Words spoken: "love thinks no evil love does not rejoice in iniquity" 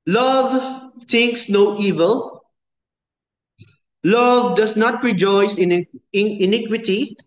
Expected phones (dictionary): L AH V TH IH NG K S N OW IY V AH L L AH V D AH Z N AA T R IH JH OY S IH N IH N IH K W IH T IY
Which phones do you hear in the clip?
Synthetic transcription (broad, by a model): L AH V T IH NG K S N OW IY V AH L L AH V D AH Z N AA T R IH JH OY S IH N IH N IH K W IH T IY